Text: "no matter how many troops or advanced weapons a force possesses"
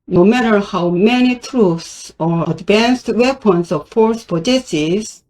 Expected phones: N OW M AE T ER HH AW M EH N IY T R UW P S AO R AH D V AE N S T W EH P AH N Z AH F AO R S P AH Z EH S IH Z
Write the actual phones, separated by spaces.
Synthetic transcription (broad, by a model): N OW M AE T ER HH AW M EH N IY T R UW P S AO R AH D V AE N S T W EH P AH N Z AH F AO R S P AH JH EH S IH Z